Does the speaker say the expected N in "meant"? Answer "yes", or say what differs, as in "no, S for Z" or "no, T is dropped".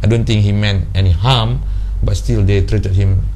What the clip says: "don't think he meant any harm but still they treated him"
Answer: yes